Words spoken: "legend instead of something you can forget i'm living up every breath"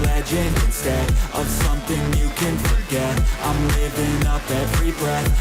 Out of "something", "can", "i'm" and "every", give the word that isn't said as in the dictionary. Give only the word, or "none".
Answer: none